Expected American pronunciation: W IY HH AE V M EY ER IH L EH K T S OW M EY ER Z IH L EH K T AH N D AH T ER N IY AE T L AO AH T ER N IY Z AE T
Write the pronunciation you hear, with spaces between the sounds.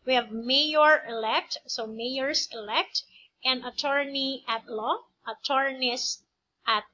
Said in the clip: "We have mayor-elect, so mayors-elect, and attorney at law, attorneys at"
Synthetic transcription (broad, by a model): W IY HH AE V M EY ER IH L EH K T S OW M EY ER S IH L EH K T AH N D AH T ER N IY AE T L AO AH T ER N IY S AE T